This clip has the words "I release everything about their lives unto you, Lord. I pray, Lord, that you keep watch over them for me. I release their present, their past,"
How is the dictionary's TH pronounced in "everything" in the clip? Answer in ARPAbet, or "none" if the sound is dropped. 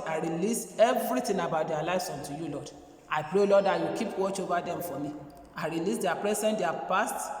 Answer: T